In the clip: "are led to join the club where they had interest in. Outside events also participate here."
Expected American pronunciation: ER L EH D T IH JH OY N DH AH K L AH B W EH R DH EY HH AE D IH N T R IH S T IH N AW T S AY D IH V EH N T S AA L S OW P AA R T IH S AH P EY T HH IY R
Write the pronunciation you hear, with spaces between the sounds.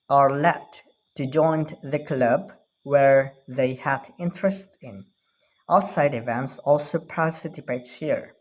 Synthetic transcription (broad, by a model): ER L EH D T IH JH OY N DH AH K L AH B W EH R DH EY HH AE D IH N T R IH S T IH N AW T S AY D IH V EH N T S AA L S OW P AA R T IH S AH P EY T HH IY R